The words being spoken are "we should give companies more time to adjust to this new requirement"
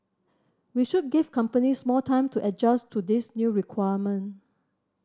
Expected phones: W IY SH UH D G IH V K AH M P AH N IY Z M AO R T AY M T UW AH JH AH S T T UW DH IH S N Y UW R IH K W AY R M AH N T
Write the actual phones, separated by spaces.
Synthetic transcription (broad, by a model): W IY SH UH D G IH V K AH M P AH N IY S M AO L T AY M T UW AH JH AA S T T UW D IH S N Y UW R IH K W AY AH M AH N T